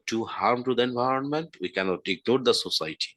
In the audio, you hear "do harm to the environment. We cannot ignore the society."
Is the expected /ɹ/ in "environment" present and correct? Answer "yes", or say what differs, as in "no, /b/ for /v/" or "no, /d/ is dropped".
yes